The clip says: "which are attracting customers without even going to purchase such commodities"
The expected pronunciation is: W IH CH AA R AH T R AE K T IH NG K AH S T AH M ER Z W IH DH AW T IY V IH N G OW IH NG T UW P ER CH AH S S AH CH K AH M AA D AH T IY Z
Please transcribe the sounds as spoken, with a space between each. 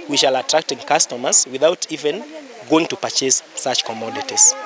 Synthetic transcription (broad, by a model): W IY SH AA L AH T R AE K T IH NG K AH S T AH M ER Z W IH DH AW T IY V IH N G OW IH NG T UW P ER CH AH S S AH CH K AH M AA D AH T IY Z